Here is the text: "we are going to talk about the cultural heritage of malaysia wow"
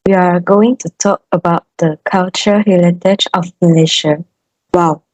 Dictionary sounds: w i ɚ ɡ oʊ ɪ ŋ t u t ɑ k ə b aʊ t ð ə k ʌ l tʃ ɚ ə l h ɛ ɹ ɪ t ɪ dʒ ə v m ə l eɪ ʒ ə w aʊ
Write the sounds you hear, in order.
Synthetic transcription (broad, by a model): w i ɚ ɡ oʊ ɪ ŋ t u t ɑ k ə b aʊ t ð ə k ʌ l tʃ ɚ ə h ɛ l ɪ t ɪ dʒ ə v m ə l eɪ ʃ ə w aʊ